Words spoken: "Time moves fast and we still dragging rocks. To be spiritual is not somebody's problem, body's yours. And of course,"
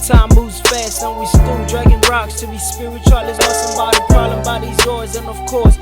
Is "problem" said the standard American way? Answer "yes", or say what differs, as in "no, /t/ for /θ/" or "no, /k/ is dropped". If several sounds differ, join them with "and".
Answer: no, /b/ is dropped